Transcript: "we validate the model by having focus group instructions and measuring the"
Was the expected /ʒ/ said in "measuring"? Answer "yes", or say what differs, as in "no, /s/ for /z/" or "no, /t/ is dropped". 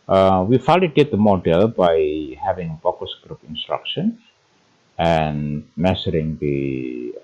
no, /s/ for /ʒ/